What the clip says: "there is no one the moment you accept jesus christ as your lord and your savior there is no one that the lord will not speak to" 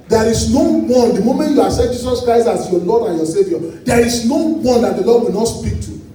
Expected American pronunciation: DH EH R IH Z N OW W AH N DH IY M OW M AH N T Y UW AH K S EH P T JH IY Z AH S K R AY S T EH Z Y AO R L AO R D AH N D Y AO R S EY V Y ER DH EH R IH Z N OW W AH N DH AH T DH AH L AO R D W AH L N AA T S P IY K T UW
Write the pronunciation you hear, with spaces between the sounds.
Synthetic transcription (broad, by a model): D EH R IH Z N OW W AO N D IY M OW M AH N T Y UW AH S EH T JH IY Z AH S K R AY S T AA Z Y AO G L AO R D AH N Y AO S EY V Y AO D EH R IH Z N OW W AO N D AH T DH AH L AO D W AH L N AA T S P IY K T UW